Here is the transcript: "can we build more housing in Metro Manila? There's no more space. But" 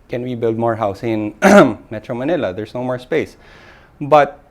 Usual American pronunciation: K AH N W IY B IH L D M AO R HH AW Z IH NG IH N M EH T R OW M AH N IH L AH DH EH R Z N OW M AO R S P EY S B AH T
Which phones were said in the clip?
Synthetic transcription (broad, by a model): K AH N W IY B IH L D M AO R HH AW S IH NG IH N M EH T R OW M AH N IH L AH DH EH R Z N OW M AO R S P EY S B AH T